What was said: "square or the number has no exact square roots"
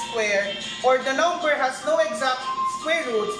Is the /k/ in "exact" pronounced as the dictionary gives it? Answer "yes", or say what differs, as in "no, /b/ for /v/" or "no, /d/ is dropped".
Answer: yes